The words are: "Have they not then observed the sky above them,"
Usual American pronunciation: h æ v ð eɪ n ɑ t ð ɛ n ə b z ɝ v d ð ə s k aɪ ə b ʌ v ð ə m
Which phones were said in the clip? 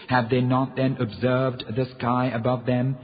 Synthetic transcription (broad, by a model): h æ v ð eɪ n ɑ t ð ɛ n ə b z ɝ v d ð ə s k aɪ ə b ʌ v ð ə m